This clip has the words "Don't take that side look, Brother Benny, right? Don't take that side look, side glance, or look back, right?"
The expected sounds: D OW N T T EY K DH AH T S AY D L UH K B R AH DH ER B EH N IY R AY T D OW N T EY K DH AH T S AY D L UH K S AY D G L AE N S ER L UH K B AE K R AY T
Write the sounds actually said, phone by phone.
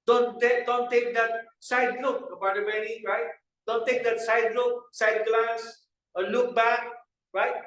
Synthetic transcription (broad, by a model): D OW N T T EY K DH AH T S AY D L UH K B AA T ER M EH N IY R AY T D OW N T EY K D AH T S AY D L UH K S AY D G L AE N S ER L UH K B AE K R AY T